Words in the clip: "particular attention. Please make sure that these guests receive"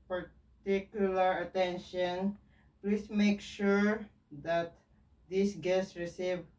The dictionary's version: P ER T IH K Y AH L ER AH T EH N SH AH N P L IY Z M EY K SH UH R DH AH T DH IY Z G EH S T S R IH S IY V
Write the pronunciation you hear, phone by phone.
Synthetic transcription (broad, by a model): P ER T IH K Y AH L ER AH T EH N SH AH N P L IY S M EY K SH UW R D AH T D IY S G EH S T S R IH S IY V